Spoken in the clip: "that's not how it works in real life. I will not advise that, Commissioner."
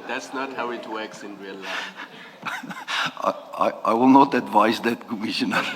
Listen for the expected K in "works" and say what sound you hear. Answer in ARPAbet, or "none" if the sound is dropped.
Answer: K